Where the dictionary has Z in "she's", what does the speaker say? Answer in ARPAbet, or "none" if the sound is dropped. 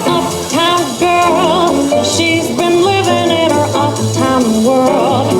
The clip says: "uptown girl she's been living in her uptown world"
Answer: Z